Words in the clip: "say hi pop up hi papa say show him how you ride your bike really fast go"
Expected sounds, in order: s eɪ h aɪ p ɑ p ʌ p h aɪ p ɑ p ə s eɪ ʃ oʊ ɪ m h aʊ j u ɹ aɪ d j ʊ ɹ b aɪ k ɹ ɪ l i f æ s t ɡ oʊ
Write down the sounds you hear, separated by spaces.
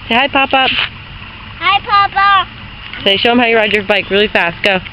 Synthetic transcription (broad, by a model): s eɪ h aɪ p ɑ p ʌ p h aɪ p ɑ p ə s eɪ ʃ oʊ ɪ m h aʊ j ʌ ɹ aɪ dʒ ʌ ɹ b aɪ k ɹ ɪ l i f æ s t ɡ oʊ